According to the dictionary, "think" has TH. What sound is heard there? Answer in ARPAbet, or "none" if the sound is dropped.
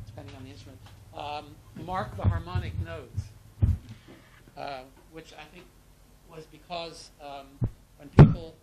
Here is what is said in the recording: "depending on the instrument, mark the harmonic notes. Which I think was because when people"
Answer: TH